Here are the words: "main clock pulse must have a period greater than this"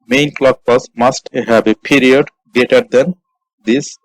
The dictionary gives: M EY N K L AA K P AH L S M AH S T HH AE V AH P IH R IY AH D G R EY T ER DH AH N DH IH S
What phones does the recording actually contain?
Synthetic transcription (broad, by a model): M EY N K L AA K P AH S M AH S T HH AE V AH P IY R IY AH D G EY T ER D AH N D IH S